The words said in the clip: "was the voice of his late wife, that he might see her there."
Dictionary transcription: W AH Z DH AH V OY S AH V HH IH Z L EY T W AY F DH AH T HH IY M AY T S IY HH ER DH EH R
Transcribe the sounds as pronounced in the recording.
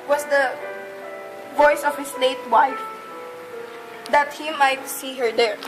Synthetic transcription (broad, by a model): W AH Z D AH V OY S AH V HH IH S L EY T W AY F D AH T HH IY M AY T S IY HH ER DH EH R